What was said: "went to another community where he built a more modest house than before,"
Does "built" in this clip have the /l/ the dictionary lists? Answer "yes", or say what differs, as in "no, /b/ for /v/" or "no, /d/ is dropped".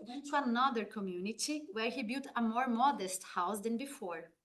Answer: no, /l/ is dropped